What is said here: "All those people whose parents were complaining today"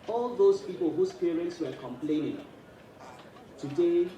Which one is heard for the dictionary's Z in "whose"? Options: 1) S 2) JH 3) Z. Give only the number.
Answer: 1